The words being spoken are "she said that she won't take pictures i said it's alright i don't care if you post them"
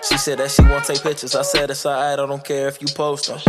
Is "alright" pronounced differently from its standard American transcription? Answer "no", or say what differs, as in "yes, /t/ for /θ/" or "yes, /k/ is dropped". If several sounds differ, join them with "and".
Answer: yes, /t/ is dropped